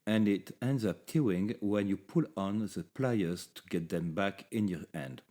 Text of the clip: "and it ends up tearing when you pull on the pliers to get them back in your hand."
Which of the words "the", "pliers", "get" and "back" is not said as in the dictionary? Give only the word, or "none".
none